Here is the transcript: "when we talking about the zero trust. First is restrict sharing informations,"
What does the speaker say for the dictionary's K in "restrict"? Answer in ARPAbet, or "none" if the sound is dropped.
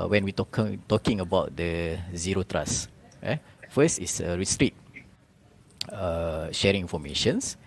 none